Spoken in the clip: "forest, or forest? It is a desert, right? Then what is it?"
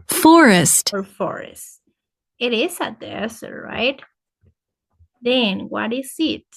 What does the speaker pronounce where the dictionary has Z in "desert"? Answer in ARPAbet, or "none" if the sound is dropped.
S